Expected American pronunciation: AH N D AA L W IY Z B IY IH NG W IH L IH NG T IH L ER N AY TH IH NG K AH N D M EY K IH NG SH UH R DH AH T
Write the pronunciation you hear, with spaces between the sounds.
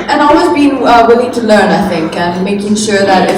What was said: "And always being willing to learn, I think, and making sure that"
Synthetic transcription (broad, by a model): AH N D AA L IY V B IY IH W IH L IH NG T IH L ER N AY TH IH NG K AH N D M EY K IH NG SH UH R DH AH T